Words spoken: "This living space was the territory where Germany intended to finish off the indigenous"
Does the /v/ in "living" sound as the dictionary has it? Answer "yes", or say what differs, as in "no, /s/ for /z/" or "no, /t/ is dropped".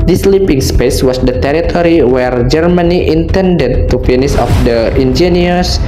no, /p/ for /v/